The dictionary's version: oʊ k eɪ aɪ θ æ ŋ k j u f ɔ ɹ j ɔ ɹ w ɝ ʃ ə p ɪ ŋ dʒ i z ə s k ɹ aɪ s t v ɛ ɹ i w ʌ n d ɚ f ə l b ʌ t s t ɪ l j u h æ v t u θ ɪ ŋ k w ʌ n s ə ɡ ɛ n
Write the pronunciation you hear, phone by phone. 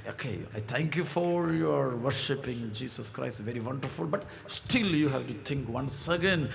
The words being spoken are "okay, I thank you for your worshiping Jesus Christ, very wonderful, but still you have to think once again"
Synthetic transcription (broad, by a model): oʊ k eɪ aɪ t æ ŋ k j u f ɔ ɹ j ɔ ɹ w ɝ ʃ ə p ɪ ŋ dʒ i s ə s k ɹ aɪ s t v ɛ ɹ i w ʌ n d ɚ f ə l b ʌ t s t ɪ l j u h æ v t u t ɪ ŋ k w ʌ n s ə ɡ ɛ n